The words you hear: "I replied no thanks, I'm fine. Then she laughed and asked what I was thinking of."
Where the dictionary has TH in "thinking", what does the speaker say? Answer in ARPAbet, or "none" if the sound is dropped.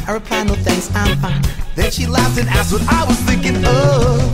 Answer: TH